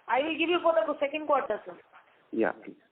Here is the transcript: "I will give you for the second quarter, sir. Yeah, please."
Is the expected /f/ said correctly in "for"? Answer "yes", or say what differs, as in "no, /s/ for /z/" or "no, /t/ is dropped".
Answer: no, /p/ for /f/